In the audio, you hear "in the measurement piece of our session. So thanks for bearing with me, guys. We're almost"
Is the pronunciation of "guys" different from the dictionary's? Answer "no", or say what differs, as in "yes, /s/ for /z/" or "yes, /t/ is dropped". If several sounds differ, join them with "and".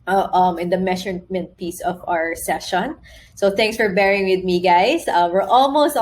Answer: yes, /s/ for /z/